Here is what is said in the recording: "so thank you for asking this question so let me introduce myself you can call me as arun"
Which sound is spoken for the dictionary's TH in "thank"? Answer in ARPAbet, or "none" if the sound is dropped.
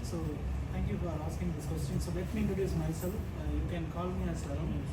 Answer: T